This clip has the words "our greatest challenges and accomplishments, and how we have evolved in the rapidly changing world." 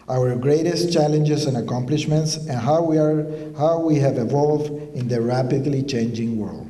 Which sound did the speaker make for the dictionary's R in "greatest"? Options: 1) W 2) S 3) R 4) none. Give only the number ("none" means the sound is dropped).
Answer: 3